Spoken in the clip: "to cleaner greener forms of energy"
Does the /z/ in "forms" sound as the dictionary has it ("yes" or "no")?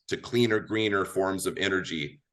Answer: yes